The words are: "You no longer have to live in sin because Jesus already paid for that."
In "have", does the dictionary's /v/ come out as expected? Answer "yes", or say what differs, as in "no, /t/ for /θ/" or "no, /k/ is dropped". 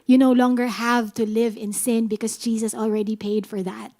yes